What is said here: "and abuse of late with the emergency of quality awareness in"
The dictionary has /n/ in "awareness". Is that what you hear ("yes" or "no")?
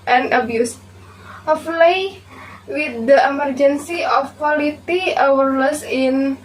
no